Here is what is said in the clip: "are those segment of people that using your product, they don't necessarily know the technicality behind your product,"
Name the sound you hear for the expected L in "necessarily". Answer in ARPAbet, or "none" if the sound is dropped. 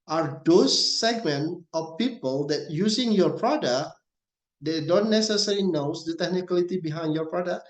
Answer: N